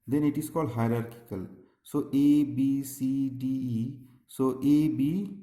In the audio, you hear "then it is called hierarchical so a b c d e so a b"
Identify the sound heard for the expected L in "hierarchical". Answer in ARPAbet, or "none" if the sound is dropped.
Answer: L